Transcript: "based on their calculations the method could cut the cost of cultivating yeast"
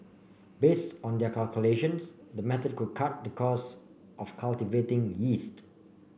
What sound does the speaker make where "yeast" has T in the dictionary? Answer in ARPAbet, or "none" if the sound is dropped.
T